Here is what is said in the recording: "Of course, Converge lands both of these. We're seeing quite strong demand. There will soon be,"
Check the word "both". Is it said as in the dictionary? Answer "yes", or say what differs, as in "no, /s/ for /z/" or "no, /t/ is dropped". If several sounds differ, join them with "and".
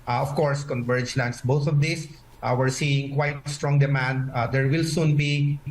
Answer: no, /t/ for /θ/